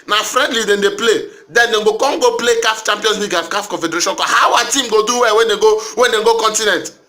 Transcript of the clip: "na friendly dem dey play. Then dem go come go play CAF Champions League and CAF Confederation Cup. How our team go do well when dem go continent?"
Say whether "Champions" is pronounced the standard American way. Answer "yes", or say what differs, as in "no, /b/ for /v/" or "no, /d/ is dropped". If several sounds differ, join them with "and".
no, /s/ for /z/